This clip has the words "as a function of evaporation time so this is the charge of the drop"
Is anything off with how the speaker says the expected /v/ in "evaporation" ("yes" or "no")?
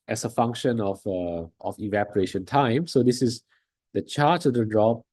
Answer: no